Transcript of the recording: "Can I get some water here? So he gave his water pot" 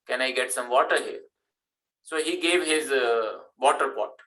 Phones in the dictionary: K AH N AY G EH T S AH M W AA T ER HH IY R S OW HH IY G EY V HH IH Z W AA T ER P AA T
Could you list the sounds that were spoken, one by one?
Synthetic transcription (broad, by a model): K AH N AY G EH T S AH M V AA T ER HH IY R S OW HH IY G EY V HH IH Z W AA T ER P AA T